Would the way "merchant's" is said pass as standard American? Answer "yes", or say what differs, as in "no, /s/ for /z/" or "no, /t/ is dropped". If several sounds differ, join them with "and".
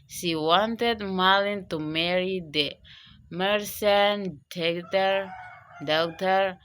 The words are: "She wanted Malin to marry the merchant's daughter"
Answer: no, /s/ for /tʃ/